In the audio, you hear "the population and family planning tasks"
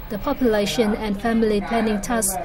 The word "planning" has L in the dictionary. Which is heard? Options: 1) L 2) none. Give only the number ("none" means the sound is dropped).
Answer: 2